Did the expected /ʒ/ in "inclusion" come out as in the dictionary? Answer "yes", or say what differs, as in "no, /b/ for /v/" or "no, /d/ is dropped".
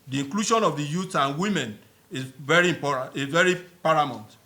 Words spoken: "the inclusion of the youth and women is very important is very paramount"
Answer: no, /ʃ/ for /ʒ/